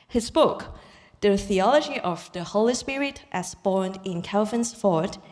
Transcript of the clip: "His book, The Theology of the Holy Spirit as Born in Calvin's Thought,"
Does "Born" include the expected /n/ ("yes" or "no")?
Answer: yes